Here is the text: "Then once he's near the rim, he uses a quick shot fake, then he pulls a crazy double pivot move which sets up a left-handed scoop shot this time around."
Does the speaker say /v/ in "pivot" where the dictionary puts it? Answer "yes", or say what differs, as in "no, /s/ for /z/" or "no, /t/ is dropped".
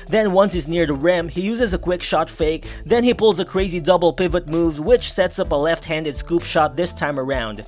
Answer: yes